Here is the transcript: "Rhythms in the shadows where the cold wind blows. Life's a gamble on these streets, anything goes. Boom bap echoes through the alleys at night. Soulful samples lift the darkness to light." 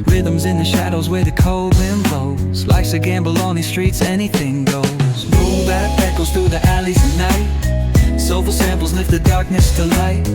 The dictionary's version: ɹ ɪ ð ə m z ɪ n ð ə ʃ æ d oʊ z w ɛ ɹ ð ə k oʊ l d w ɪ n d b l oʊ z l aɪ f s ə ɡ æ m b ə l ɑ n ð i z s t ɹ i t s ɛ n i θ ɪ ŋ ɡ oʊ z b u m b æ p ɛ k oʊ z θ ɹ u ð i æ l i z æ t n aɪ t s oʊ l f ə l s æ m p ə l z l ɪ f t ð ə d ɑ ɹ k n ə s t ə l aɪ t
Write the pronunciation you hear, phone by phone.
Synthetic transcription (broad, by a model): ɹ ɪ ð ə m z ɪ n ð ə ʃ æ d oʊ z w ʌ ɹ ð ə k oʊ l d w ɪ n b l oʊ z l aɪ s ə ɡ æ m b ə l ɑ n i s t ɹ i t s ɛ n i θ ɪ ŋ ɡ oʊ z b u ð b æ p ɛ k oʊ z θ ɹ u ð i æ l i z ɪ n n aɪ t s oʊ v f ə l s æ m p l z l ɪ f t ð ə d ɑ ɹ k n ə s t ə l aɪ t